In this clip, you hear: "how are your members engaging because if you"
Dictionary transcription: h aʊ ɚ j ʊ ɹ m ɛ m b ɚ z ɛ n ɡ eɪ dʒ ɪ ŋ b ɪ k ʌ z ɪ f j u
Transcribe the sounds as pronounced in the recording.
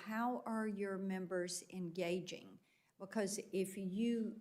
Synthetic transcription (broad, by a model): h aʊ ɚ j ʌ ɹ m ɛ m b ɚ z ɛ n ɡ eɪ dʒ ɪ ŋ b ɪ k ʌ z ɪ f j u